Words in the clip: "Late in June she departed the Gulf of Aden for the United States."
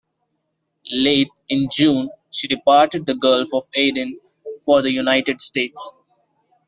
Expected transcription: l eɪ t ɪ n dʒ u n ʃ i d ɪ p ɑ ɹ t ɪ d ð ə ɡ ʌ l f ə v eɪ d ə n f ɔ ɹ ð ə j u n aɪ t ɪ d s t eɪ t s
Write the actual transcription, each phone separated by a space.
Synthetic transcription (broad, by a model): l eɪ t ɪ n dʒ u n ʃ i d ɪ p ɑ ɹ t ɪ d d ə ɡ ʌ l f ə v eɪ d ə n f ɔ ɹ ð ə j u n aɪ t ɪ d s t eɪ t s